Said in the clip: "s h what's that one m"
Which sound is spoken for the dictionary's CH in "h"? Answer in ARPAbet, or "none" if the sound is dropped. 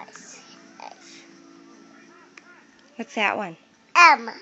S